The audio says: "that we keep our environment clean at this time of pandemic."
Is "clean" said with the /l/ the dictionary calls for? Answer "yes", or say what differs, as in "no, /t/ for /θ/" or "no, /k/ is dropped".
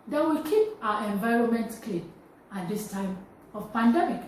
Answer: no, /l/ is dropped